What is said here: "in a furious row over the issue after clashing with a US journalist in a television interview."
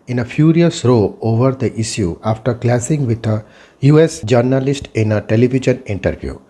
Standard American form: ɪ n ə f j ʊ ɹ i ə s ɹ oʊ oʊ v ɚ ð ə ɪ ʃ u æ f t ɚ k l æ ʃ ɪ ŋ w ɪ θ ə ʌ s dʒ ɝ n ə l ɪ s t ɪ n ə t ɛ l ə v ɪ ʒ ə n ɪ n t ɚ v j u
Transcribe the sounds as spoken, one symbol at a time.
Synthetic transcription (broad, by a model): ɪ n ə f j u ɹ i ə s ɹ oʊ oʊ v ɚ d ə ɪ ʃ u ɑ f t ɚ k l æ s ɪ ŋ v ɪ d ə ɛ s dʒ ɝ n ə l ɪ s t ɪ n ə t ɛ l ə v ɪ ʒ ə n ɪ n t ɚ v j u